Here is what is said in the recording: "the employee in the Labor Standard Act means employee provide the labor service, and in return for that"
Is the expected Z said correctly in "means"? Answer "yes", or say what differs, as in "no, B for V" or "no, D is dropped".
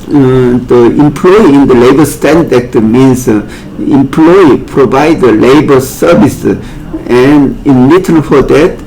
no, S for Z